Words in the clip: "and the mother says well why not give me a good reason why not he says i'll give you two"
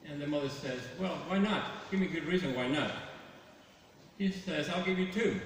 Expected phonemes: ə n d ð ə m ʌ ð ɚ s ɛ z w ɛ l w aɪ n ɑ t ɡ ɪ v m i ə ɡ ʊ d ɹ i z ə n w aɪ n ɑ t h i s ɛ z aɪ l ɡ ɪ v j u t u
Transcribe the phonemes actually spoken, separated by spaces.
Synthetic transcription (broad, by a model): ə n ð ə m ʌ ð ɚ s ɛ z w ɛ l w aɪ n ɑ t ɡ ɪ v m i ə ɡ ʊ d ɹ i z ə n w aɪ n ɑ t h i s ɛ z aɪ l ɡ ɪ v j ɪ t u